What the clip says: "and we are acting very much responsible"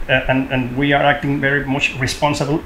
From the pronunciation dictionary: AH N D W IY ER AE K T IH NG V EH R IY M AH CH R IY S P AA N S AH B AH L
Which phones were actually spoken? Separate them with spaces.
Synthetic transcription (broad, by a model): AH N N W IY ER AE K T IH NG V EH R IY M AH CH R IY S P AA N S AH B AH L